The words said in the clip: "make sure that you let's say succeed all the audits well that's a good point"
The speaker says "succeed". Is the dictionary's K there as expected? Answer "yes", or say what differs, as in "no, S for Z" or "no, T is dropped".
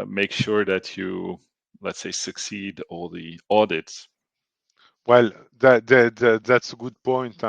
yes